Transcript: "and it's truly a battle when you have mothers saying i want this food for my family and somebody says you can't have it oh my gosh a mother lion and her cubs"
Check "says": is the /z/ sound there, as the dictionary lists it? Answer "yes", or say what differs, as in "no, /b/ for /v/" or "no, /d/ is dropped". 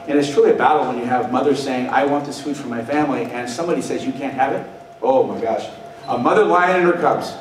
yes